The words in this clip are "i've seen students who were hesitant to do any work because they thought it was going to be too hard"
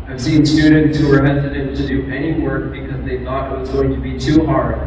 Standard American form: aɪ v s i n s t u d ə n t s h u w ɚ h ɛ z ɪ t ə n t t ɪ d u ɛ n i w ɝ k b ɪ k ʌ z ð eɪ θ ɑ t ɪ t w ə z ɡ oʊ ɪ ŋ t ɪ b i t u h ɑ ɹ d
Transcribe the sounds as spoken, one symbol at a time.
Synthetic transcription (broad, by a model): aɪ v s i n s t u d n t s h u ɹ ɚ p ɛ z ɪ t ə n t t ɪ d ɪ ɛ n i w ɝ k b ɪ k ʌ z ð eɪ θ ɑ t ɪ t w ə z ɡ oʊ ɪ ŋ t ɪ b i t u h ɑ ɹ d